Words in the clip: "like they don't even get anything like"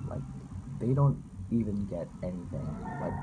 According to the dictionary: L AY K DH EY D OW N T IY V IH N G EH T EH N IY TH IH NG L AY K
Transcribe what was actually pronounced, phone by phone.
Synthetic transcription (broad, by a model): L AY K DH EY D OW N T IY V IH N G EH T EH N IY TH IH NG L AY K